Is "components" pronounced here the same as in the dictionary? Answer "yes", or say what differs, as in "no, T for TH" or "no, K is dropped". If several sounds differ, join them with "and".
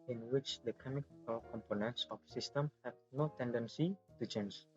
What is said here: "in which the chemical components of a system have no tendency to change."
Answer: yes